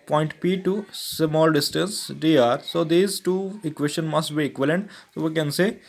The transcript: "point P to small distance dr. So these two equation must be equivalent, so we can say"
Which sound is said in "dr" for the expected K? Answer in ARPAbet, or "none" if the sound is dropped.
none